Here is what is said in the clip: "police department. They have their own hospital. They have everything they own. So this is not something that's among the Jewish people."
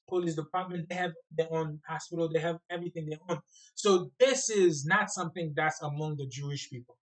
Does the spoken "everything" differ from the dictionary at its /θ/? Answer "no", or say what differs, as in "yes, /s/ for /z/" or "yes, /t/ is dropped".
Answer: no